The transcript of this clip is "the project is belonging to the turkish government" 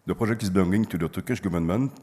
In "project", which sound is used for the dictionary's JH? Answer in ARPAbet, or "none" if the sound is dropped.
ZH